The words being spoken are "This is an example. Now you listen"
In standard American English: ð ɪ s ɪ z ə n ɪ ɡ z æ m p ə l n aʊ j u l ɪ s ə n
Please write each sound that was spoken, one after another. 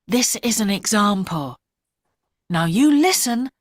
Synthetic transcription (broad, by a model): ð ɪ s ɪ z ə n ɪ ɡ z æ m p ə l n aʊ j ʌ l ɪ s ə n